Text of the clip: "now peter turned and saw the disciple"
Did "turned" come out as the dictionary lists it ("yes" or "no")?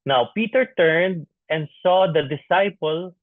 yes